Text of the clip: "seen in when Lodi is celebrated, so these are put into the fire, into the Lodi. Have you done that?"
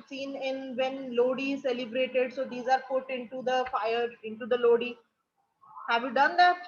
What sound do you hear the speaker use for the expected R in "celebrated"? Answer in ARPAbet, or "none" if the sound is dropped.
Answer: R